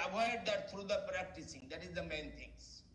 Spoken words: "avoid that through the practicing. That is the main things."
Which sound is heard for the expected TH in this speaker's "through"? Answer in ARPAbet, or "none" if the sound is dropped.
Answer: T